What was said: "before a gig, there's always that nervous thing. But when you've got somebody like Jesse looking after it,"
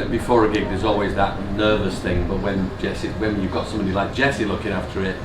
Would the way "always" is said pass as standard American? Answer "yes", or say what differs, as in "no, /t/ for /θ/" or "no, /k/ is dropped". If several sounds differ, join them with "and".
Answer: yes